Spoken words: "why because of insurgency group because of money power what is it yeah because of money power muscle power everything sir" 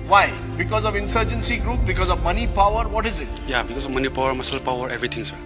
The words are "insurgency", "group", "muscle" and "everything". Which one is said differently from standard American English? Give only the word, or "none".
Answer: everything